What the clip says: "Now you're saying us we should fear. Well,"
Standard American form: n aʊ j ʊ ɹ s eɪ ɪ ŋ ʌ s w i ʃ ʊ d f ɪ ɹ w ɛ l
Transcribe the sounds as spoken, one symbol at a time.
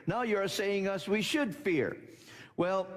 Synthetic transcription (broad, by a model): n aʊ j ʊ ɹ s eɪ ɪ ŋ ʌ s w i ʃ ʊ d f ɪ ɹ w ɛ l